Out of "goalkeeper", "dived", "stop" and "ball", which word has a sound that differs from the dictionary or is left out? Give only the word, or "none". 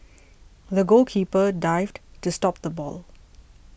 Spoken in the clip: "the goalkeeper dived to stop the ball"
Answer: goalkeeper